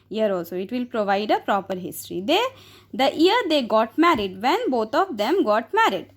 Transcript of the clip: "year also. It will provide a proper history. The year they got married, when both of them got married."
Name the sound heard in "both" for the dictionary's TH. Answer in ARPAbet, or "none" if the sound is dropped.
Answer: T